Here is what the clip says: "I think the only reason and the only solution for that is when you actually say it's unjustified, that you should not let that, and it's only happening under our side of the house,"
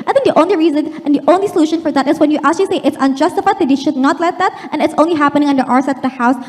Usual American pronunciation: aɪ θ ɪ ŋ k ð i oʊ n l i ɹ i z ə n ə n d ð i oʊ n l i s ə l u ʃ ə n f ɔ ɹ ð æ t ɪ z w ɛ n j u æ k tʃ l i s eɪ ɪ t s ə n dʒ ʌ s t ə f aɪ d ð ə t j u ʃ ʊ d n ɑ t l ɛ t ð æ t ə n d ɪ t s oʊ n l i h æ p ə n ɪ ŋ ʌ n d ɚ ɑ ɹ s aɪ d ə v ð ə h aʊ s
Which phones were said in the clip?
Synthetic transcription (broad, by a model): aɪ θ ɪ ŋ k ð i oʊ n l i ɹ i z ə n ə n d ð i oʊ n l i s ə l u ʃ ə n f ɔ ɹ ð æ t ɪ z w ɛ n j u æ k tʃ l i s eɪ ɪ t s ə n dʒ ʌ s t ə f aɪ d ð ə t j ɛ ʃ ʊ d n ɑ t l ɛ t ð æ t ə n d ɪ t s oʊ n l i h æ p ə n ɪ ŋ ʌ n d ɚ ɑ ɹ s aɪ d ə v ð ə h aʊ s